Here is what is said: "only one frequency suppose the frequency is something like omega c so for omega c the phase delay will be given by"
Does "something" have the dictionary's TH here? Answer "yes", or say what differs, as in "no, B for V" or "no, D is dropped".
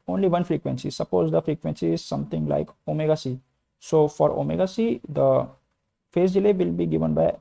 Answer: no, T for TH